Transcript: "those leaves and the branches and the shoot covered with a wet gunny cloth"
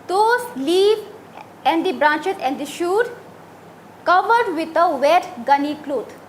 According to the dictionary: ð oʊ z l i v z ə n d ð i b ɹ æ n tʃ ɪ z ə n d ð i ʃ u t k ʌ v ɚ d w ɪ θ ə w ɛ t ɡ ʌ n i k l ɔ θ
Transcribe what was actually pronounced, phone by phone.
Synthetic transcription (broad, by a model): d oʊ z l i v ə n d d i b ɹ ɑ n tʃ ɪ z ə n d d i ʃ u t k ʌ v ɚ d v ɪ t ə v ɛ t ɡ ʌ n i k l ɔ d